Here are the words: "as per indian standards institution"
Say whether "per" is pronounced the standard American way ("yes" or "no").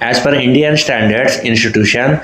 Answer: no